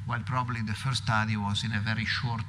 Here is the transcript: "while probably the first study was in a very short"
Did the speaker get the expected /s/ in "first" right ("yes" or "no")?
no